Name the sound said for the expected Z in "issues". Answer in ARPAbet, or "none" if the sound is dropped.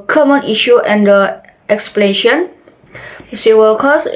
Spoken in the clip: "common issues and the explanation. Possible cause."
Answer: none